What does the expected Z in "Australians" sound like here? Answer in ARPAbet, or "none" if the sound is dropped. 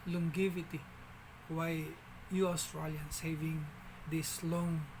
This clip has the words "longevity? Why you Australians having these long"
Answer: S